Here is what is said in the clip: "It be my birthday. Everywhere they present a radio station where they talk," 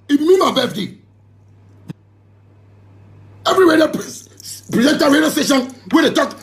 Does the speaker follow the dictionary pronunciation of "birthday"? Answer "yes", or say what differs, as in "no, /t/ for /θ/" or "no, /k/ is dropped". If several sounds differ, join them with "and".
no, /f/ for /θ/